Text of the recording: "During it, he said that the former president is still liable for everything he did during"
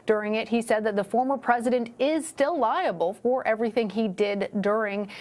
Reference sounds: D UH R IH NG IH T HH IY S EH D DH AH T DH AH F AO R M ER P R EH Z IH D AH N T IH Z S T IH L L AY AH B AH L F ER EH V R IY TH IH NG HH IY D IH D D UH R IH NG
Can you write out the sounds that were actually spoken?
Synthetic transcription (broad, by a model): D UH R IH NG IH T HH IY S EH D DH AH T DH AH F AO R M ER P R EH Z IH D AH N T IH Z S T IH L L AY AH B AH L F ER EH V R IY TH IH NG IY D IH D D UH R IH NG